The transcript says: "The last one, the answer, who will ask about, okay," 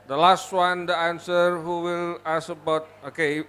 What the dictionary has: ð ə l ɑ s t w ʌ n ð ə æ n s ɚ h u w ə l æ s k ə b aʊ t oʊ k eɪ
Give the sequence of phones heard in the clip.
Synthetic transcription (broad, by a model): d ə l ɑ s t w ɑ n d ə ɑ n s ɚ h u w ə l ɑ s ə b aʊ t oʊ k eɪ